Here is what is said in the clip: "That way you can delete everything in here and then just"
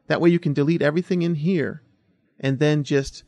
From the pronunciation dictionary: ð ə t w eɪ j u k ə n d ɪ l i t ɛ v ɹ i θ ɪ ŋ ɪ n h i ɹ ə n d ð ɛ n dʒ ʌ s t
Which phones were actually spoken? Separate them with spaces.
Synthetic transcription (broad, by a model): ð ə t w eɪ j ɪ k ə n d ɪ l i t ɛ v ɹ i θ ɪ ŋ ɪ n h i ɹ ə n ð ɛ n dʒ ʌ s t